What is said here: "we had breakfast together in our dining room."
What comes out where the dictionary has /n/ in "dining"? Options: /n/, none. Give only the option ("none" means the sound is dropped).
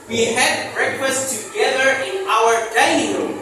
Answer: none